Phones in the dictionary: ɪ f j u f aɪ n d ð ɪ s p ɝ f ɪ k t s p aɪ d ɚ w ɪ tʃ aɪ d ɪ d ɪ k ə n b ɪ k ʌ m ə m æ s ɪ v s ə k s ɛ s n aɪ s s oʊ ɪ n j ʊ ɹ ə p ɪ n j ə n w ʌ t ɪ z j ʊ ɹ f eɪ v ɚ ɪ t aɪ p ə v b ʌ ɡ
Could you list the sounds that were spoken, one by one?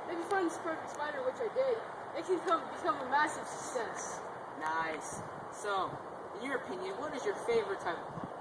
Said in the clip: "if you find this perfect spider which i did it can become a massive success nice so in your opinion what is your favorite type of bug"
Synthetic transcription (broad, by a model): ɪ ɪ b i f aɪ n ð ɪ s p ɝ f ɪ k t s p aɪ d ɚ w ɪ tʃ aɪ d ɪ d ɪ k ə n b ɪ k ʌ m ə m æ s ɪ v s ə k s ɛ s n aɪ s s oʊ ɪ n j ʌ ɹ ə p ɪ n j ə n w ʌ t ɪ z j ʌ ɹ f eɪ v ɚ ɪ t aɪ ə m